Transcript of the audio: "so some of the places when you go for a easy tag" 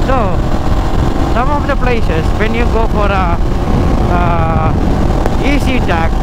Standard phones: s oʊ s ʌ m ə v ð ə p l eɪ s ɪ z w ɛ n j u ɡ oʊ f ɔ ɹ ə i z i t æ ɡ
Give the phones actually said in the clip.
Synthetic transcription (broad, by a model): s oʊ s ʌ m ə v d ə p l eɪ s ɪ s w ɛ n j u ɡ oʊ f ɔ ɹ ə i s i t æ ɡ